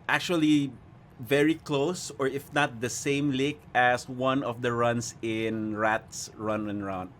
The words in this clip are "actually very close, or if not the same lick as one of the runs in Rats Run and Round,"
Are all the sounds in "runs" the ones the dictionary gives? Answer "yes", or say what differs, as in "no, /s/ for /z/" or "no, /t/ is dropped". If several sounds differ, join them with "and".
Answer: no, /s/ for /z/